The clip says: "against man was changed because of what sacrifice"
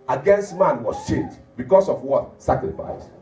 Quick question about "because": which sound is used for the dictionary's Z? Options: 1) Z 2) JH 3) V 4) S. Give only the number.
4